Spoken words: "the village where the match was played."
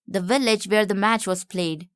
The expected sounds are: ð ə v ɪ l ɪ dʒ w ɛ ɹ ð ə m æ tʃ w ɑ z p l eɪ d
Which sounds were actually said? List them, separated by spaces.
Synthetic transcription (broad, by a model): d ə v ɪ l ɪ dʒ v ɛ ɹ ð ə m æ tʃ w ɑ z p l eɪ d